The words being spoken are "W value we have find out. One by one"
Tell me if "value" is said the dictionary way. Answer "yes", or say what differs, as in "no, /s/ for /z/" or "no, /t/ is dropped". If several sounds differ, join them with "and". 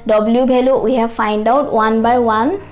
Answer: no, /b/ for /v/